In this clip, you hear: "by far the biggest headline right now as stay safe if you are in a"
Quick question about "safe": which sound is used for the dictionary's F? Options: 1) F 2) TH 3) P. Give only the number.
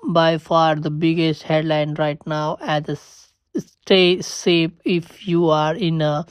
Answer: 3